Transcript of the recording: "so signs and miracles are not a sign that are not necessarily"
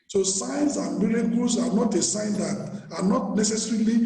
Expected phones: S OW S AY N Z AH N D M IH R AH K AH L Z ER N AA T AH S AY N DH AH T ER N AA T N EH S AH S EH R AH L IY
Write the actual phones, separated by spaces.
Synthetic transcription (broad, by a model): S OW S AY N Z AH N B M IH L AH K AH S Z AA N AA T AH S AY N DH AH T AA N AA T N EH S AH S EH R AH L IY